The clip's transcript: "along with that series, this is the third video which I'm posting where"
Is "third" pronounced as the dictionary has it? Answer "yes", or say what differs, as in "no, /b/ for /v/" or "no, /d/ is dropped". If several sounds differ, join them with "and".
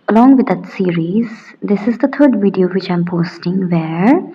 no, /t/ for /θ/